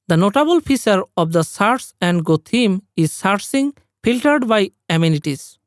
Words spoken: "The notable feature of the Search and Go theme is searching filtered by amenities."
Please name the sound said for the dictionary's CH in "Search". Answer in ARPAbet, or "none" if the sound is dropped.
S